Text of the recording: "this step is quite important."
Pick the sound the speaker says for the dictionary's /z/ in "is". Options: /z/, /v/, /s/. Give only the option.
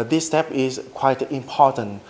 /s/